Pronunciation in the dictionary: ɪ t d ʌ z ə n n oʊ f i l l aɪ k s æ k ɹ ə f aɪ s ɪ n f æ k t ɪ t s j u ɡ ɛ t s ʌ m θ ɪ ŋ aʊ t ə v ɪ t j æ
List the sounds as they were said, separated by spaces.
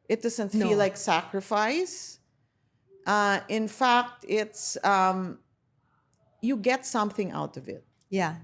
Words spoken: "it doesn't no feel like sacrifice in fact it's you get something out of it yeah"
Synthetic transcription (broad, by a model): ɪ t d ʌ z ə n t f i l l aɪ k s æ k ɹ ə f aɪ s ɪ n f æ k t ɪ t s j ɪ ɡ ɛ t s ʌ m θ ɪ ŋ aʊ t ə v ɪ t j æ